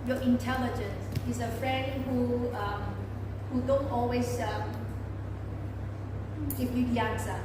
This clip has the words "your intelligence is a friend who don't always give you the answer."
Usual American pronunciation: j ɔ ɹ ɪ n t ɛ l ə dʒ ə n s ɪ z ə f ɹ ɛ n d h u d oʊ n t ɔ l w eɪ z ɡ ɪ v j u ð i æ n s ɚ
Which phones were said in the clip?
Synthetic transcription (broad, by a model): j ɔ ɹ ɪ n t ɛ l ə dʒ ə n s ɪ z ə f ɹ ɛ n d h u d oʊ n t ɔ l w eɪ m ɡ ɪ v j u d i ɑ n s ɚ